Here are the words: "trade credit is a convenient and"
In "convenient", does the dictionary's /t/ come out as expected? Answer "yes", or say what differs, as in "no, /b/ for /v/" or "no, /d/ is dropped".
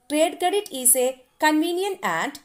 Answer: no, /t/ is dropped